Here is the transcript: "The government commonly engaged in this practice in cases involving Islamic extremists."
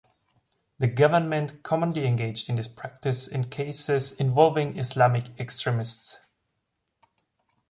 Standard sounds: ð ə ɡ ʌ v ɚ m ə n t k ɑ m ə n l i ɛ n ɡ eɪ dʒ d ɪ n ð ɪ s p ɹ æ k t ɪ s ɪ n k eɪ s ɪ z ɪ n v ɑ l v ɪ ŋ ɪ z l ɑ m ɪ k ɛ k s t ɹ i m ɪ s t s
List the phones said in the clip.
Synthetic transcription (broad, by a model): ð ə ɡ ʌ v ɚ m ə n t k ɑ m ə n l i ɛ n ɡ eɪ dʒ d ɪ n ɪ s p ɹ æ k t ɪ s ɪ n k eɪ s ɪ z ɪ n v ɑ l v ɪ ŋ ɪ s l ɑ m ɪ k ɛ k s t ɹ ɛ m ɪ s t s